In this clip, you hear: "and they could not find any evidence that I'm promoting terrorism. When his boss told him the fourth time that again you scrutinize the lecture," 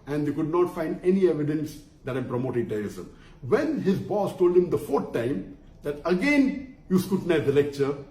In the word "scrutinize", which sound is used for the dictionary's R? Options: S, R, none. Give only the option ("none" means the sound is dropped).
none